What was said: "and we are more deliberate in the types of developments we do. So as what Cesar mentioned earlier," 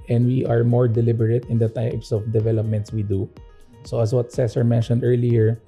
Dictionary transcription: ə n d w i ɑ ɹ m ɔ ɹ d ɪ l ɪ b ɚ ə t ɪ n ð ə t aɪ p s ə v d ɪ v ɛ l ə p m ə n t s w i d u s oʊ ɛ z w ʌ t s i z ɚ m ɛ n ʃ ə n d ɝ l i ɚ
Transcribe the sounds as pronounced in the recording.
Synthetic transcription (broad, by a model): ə n d w i ɑ ɹ m ɔ ɹ d ɪ l ɪ b ɚ ə t ɪ n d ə t aɪ p s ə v d ɪ v ɛ l ə p m ə n t s w i d u s oʊ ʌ s w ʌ t s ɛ s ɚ m ɛ n ʃ ə n d ɝ l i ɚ